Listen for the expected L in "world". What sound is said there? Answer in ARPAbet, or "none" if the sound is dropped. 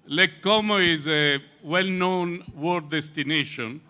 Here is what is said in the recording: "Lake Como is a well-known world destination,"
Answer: none